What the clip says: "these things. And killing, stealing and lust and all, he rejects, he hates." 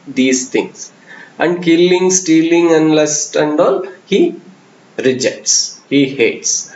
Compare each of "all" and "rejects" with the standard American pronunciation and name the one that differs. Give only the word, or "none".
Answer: none